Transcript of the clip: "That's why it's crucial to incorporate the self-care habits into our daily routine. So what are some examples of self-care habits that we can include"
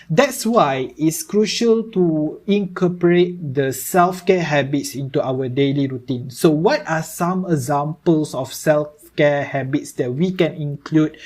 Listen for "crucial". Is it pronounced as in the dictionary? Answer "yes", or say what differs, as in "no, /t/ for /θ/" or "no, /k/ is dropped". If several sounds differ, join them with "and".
yes